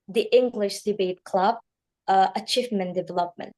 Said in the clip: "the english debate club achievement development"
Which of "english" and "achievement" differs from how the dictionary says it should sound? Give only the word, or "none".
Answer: achievement